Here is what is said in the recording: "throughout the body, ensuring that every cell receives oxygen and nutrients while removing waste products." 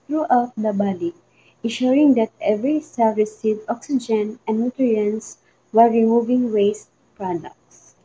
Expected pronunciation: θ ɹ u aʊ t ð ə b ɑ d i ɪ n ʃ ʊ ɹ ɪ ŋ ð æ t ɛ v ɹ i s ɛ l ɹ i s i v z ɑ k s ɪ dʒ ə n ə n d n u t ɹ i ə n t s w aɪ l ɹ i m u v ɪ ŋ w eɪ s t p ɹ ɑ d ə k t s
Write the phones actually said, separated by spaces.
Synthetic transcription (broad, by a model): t ɹ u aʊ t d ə b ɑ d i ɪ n ʃ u ɹ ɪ ŋ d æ t ɛ v ɹ i s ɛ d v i s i z ɑ k s ɪ dʒ ə n ə n d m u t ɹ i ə n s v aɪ ɹ i m u v ɪ ŋ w eɪ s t p ɹ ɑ d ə k t s